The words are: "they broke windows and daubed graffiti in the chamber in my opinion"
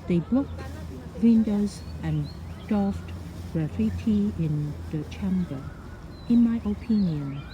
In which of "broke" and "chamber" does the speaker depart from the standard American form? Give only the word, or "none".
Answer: broke